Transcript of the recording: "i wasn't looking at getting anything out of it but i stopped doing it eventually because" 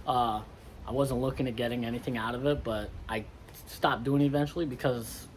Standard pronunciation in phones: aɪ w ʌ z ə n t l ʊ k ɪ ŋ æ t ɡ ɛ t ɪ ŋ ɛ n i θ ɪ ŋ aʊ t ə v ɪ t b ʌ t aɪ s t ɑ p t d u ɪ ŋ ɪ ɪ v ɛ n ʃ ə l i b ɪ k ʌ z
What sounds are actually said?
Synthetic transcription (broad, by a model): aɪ w ʌ z ə n t l ʊ k ɪ ŋ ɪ t ɡ ɛ t ɪ ŋ ɛ n i θ ɪ ŋ aʊ t ə v ɪ t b ʌ t aɪ s t ɑ p d u ɪ ŋ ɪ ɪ v ɛ n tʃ l i b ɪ k ʌ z